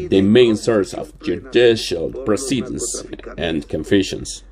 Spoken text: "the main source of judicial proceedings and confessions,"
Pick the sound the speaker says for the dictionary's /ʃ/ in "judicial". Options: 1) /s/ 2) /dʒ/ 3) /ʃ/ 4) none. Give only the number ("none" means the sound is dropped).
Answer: 3